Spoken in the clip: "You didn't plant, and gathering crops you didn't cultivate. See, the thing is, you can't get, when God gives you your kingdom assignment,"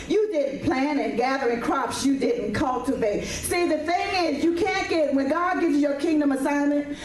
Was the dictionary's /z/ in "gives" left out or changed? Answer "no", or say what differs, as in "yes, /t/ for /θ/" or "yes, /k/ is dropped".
no